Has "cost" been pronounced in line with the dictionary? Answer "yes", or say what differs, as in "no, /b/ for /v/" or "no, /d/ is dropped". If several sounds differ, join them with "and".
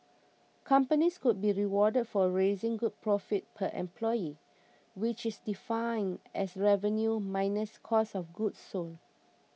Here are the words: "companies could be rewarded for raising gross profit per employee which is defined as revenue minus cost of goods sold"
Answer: no, /t/ is dropped